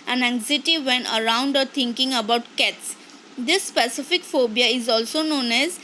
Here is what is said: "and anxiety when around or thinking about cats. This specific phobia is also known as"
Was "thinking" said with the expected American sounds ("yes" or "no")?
no